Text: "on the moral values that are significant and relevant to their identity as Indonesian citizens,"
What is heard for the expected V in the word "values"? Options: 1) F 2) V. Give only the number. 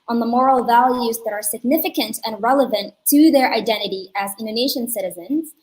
2